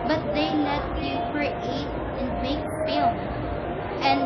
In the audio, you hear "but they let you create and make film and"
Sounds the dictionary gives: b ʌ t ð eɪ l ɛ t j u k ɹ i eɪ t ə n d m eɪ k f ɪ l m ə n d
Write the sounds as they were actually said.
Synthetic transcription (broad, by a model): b ʌ t ð eɪ n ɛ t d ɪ k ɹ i eɪ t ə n m eɪ k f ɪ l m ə n